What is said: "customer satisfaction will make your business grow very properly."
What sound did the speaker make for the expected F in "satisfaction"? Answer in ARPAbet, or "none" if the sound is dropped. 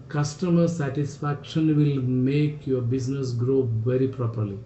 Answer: F